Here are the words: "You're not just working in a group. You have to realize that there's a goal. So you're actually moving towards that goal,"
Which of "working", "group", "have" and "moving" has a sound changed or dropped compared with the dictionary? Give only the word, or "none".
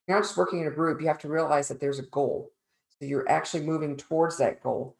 have